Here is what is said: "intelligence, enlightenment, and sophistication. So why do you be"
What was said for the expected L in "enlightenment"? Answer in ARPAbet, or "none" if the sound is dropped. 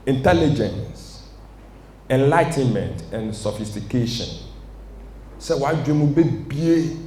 L